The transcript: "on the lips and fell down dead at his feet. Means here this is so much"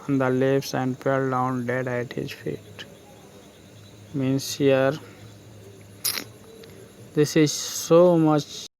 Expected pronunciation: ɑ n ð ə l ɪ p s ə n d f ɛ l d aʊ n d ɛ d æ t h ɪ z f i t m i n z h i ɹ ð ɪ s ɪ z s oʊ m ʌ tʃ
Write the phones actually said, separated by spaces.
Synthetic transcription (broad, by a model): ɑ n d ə l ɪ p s ə n d p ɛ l d aʊ n d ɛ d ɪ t h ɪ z f i t m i n s h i ɹ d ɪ s ɪ z s oʊ m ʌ tʃ